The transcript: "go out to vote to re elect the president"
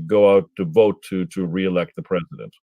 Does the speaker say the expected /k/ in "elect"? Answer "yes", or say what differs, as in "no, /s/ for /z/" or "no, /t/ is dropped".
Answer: yes